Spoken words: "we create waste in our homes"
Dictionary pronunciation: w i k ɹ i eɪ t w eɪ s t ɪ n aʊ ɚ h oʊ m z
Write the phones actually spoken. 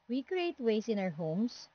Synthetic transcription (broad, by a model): w i k ɹ i eɪ t w eɪ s ɪ n aʊ ɚ h oʊ m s